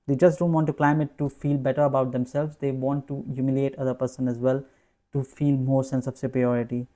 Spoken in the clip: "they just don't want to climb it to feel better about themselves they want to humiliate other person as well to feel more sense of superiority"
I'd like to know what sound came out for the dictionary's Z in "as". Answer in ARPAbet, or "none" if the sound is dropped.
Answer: Z